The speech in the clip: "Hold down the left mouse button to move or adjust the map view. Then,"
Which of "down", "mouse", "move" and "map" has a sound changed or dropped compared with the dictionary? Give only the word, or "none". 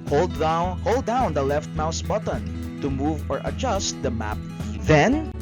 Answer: none